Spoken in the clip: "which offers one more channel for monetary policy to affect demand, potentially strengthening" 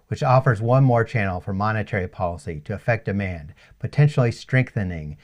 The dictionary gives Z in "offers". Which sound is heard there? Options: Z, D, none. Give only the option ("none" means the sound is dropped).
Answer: Z